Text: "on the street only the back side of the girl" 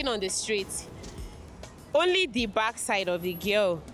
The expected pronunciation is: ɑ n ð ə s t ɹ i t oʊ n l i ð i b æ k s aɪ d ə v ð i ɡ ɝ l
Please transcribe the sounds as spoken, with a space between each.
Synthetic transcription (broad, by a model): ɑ n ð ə s t ɹ i t oʊ n l i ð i b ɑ k s aɪ d ə v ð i ɡ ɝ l